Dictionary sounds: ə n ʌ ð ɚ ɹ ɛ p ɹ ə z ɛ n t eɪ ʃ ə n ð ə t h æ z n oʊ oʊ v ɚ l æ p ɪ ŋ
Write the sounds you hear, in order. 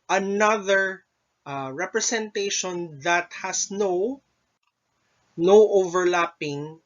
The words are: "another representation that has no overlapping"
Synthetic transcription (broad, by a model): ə n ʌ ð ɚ ɹ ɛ p ɹ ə s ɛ n t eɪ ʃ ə n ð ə t h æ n n oʊ oʊ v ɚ l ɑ p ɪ ŋ